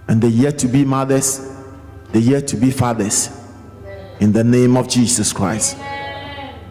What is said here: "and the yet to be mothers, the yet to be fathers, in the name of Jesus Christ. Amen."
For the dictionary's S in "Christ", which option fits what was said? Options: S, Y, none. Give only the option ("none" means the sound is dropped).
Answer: S